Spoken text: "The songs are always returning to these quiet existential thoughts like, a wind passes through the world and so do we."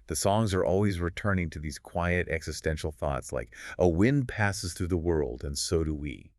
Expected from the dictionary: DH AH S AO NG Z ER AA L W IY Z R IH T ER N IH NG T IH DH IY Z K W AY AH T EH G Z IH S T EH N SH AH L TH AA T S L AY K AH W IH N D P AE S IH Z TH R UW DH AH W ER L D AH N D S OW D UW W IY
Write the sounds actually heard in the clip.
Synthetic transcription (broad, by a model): DH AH S AO NG Z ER AA L W IY Z R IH T ER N IH NG T IH DH IY Z K W AY AH T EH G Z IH S T EH N SH L TH AA T S L AY K AH W IH N P AE S IH Z TH R UW DH AH W ER L D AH N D S OW D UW W IY